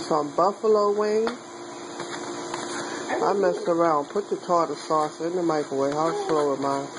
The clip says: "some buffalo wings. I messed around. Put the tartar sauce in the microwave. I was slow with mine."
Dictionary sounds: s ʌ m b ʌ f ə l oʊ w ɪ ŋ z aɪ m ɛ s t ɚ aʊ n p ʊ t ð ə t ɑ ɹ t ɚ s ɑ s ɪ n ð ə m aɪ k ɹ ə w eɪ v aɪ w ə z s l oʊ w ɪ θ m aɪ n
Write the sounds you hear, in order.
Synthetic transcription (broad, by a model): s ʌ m b ʌ f ə l oʊ w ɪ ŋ aɪ m ɛ s t ɚ aʊ n p ʊ t ð ə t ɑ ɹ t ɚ s ɑ s ɪ n ð ə m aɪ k ə w eɪ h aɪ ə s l oʊ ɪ m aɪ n